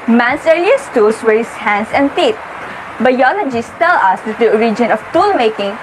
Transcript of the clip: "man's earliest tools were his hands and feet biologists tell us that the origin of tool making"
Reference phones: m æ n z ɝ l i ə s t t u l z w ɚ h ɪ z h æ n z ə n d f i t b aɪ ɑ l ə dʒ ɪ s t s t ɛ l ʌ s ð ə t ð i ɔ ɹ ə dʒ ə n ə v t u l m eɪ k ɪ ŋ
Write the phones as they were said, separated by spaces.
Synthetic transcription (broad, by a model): m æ n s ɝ i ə s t t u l s w ɚ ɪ s h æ n s ə n d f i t b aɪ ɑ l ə dʒ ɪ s s t ɛ l ʌ s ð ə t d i ɔ ɹ ə dʒ ə n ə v t u l m eɪ k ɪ ŋ